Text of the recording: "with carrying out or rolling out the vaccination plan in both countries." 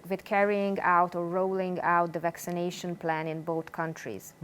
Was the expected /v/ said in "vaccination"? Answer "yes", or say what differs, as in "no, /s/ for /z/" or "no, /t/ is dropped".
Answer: yes